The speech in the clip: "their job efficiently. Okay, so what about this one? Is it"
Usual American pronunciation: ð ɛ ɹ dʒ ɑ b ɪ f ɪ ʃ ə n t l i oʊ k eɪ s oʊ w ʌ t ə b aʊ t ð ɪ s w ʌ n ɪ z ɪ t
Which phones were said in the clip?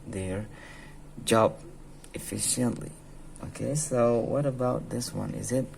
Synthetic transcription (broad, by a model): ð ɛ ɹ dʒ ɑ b ɪ f ɪ ʃ ə n t l i oʊ k eɪ s oʊ w ʌ t ə b aʊ t ð ɪ s w ʌ n ɪ z ɪ t